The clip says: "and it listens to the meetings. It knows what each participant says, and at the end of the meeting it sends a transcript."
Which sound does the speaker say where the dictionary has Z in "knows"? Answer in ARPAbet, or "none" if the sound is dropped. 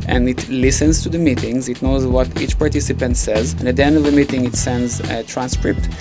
Z